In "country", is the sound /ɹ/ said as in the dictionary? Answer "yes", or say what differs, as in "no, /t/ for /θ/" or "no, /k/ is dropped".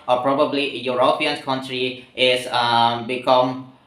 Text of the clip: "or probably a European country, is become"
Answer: yes